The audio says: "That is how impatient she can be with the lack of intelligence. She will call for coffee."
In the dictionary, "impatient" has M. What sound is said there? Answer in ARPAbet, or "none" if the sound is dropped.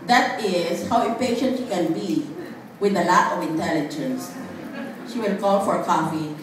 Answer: none